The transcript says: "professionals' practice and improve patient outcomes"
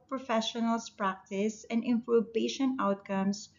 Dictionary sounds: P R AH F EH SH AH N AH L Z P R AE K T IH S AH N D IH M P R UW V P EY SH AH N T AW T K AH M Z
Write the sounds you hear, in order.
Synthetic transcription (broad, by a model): P R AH F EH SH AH N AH L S P R AE K T IH S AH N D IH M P UW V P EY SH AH N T AW T K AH M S